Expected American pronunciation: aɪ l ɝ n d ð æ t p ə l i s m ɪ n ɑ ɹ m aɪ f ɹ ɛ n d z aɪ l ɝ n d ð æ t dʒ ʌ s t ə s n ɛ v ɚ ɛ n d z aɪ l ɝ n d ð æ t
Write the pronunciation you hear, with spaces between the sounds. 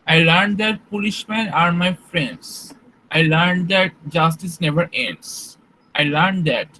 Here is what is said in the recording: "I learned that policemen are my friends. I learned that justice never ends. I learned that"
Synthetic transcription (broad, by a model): aɪ l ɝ n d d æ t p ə l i ʃ m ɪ n ɑ ɹ m aɪ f ɹ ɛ n d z aɪ l ɝ n d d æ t dʒ ʌ s t ə s n ɛ v ɚ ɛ n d s aɪ l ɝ n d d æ t